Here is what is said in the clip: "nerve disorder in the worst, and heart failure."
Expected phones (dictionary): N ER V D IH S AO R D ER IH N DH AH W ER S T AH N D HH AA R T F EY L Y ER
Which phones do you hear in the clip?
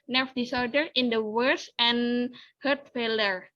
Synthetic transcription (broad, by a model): N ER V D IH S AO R D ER IH N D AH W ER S AH N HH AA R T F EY L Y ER